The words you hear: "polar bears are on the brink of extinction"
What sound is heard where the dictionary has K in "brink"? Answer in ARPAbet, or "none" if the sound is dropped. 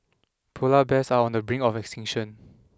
none